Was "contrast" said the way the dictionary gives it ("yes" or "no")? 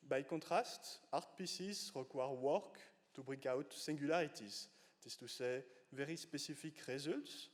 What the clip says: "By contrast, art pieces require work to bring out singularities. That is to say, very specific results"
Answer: no